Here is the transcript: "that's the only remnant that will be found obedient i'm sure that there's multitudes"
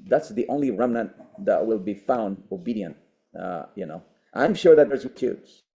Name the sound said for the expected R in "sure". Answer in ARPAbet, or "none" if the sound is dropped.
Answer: R